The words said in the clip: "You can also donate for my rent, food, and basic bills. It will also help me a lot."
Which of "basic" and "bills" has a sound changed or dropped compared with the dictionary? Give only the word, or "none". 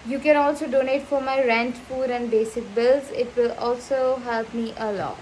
none